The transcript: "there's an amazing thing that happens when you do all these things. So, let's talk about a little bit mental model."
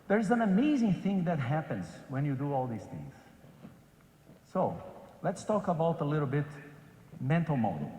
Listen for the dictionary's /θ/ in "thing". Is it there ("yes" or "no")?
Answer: yes